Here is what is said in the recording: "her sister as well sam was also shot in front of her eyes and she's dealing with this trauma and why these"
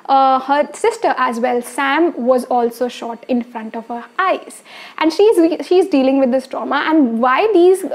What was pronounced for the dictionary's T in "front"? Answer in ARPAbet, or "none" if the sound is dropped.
T